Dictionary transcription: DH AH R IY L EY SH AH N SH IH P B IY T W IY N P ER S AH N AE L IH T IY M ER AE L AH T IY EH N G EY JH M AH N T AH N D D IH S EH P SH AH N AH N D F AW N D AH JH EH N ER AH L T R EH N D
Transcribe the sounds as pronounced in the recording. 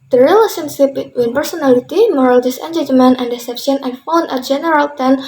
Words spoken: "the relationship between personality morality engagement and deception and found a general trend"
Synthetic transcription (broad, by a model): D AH R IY L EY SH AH N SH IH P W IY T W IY N P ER S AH N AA L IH T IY M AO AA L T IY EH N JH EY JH M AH N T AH N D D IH S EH P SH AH N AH N F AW N AH JH EH N ER AH L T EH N